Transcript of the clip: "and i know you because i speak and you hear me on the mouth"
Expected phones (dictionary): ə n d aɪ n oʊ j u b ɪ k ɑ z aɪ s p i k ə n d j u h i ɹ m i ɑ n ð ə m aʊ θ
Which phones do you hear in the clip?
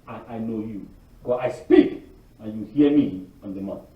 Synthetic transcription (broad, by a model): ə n aɪ n oʊ j u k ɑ aɪ s p i k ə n j u h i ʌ m i ɑ n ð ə m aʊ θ